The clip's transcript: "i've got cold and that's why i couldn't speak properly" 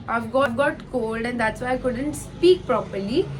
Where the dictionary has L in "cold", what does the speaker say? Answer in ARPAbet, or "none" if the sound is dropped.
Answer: L